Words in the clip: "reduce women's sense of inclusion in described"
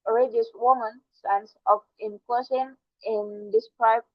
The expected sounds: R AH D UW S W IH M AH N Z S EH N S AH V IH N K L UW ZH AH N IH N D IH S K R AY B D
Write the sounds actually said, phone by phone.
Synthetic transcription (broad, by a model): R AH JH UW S W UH M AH N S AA N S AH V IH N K AO S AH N IH N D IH S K R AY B